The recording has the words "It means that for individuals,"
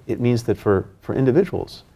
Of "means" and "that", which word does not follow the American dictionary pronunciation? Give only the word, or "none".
none